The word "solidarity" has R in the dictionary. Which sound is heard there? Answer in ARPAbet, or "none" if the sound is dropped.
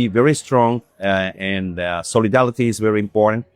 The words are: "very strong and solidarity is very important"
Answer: L